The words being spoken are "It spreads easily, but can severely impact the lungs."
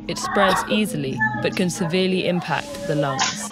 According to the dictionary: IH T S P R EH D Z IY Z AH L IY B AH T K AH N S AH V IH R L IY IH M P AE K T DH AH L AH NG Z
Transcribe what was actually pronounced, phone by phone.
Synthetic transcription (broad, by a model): IH T S P R EH D Z IY Z AH L IY B AH T K AH N S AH V IH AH L IY IH M P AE K DH AH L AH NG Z